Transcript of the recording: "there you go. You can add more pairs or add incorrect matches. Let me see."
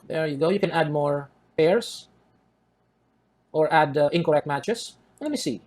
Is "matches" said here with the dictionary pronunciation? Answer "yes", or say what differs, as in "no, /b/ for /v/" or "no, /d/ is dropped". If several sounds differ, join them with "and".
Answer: no, /s/ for /z/